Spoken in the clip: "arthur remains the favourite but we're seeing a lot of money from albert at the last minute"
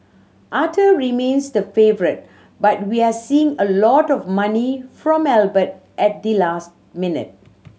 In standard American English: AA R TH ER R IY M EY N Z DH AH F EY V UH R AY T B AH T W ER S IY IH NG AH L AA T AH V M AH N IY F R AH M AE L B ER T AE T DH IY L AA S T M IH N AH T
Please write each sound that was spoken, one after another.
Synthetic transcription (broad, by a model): AA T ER R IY M EY N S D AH F EY V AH R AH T B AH T W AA S IY IH NG AH L AA T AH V M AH N IY F R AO M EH L B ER T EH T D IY L AA S T M IH N AH T